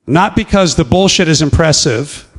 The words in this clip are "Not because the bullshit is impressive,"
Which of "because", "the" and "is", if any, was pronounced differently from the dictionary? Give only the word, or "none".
none